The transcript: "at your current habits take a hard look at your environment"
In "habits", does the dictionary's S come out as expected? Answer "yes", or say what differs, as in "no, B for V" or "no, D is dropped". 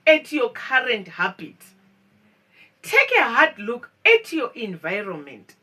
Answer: no, S is dropped